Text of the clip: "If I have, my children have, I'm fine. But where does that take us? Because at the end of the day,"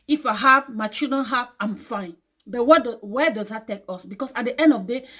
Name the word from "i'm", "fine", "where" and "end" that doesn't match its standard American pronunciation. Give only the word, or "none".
where